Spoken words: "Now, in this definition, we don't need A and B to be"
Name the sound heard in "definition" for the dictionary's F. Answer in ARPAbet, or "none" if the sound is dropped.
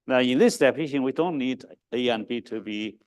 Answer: P